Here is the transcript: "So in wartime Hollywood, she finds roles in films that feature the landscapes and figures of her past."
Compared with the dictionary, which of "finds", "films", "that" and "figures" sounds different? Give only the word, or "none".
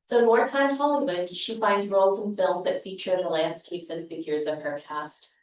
none